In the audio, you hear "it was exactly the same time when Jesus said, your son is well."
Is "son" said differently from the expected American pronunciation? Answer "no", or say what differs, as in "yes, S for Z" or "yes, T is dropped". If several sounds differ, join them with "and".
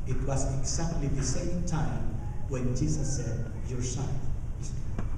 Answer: yes, N is dropped